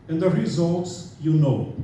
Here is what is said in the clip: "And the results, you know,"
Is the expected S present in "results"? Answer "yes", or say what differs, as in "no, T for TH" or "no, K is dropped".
yes